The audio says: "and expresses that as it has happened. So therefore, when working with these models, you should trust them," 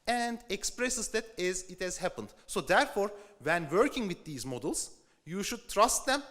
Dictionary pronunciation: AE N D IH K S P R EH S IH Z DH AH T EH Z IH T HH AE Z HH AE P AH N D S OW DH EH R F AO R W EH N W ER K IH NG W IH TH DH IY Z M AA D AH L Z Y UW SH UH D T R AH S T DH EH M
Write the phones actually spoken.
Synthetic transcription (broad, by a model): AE N D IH K S P R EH S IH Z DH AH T EH Z IH T HH AE Z HH AE P AH N D S OW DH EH R F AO R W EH N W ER K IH NG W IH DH IY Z M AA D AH L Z Y UW SH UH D T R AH S T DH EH M